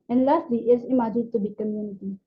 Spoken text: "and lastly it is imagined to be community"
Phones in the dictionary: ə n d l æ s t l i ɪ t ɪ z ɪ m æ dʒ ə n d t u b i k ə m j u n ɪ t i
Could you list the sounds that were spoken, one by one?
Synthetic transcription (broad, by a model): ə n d l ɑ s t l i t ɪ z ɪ m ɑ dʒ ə d t u b i k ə m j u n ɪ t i